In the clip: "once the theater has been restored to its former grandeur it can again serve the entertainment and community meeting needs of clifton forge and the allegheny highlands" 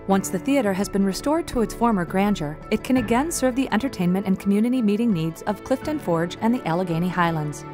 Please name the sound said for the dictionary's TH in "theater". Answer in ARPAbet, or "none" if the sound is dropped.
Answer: TH